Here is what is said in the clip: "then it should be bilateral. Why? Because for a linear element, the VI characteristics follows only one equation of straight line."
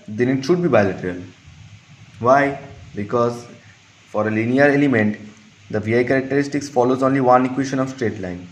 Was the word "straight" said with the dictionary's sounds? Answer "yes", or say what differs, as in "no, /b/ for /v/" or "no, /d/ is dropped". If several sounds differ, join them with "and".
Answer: yes